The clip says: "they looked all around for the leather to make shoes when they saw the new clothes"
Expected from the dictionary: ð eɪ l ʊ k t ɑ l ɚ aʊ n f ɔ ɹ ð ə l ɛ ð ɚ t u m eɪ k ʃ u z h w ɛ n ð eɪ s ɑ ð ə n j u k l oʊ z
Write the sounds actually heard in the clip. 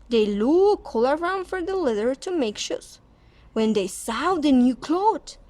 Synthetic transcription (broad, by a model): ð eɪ l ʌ k ɑ l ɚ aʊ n f ɔ ɹ ð ə l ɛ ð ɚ t u m eɪ k ʃ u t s w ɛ n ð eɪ s ɑ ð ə n j u k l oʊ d